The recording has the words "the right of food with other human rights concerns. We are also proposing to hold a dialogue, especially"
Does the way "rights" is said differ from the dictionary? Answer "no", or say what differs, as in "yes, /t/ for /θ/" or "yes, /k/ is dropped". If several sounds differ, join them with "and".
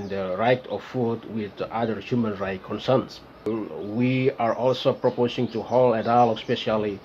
yes, /s/ is dropped